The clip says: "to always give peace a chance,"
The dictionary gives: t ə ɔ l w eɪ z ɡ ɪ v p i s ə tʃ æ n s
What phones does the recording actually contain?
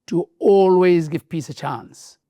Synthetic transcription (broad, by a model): t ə ɔ l w eɪ z ɡ ɪ v p i s ə tʃ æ n s